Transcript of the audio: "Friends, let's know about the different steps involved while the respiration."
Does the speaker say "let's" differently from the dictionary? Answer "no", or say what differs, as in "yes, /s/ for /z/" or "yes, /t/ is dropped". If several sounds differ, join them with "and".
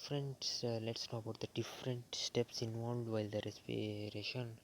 no